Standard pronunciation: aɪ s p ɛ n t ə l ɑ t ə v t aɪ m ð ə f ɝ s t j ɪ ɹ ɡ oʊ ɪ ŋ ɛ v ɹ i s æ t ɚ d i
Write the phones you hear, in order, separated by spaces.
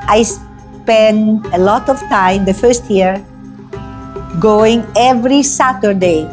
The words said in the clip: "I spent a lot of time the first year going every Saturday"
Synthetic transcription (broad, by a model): aɪ s p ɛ n ə l ɑ t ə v t aɪ m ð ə f ɝ s t j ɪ ɹ ɡ oʊ ɪ ŋ ɛ v ɹ i s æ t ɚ d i